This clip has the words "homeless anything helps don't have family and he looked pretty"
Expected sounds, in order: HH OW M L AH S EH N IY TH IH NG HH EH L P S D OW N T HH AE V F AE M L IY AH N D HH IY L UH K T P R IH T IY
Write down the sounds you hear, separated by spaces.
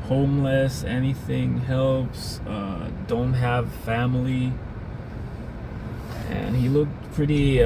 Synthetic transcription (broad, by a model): HH OW M L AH S EH N IY TH IH NG HH EH L P S D OW N T HH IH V F AE M L IY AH N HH IY L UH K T P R IH T IY